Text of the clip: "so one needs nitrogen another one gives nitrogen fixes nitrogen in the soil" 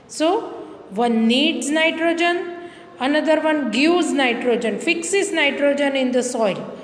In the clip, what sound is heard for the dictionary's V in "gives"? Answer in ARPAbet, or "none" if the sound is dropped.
none